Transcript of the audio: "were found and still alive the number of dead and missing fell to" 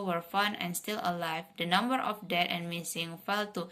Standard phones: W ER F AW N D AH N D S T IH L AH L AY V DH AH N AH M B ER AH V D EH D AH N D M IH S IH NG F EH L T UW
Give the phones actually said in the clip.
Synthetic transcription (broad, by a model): W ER F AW N AH N S T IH L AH L AY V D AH N AH M B ER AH F D EH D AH N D M IH S IH NG F EH L T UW